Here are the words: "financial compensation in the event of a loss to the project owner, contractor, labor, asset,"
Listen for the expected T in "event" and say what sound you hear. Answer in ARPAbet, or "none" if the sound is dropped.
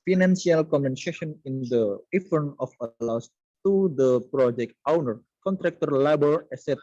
none